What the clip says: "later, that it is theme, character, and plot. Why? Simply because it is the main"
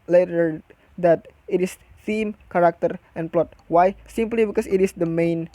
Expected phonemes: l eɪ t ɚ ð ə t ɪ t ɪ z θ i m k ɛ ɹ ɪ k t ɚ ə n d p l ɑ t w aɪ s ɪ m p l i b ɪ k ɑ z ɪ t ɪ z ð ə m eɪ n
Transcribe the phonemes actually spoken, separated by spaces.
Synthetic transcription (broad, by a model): l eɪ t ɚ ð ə t ɪ t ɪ s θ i m k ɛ ɹ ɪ k t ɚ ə n p l ɑ t w aɪ s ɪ m p l i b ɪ k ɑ s ɪ t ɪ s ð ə m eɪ n